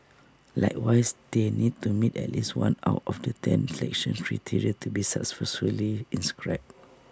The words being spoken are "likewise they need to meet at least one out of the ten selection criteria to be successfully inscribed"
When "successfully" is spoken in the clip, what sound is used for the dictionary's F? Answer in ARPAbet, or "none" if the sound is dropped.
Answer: none